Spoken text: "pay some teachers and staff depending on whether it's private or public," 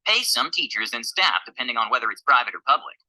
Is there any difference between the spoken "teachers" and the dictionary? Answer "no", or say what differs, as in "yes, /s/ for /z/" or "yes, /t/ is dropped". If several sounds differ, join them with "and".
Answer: no